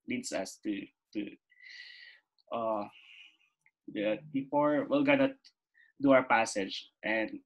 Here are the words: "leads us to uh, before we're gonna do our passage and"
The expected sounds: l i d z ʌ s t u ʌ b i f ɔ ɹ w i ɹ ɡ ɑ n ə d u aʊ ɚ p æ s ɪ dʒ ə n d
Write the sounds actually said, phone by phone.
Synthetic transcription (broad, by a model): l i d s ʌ s t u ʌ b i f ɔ ɹ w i l ɡ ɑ n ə d u aʊ ɚ p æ s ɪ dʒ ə n d